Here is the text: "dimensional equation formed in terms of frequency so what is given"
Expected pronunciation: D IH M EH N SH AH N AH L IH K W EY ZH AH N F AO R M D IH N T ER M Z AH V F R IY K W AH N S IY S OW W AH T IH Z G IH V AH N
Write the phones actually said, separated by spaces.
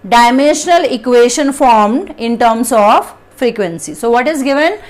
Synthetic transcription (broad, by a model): D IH M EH N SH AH N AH L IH K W EY SH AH N F AO R M D IH N T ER M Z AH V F R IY K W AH N S IY S OW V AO T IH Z G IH V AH N